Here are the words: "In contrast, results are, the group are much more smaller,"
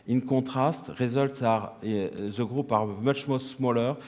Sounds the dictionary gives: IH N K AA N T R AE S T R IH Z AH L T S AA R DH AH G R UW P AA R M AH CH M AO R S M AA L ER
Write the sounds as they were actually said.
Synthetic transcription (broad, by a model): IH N K AA T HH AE S T R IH Z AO L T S AA R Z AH G R UW P AA R M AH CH M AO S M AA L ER